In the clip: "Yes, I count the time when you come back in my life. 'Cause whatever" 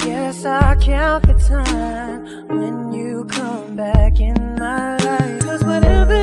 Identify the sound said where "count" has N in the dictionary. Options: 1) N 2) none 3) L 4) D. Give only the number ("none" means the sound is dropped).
2